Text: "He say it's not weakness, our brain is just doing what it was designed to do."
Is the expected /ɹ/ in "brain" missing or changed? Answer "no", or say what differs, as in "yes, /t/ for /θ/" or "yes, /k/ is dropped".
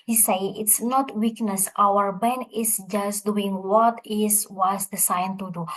yes, /ɹ/ is dropped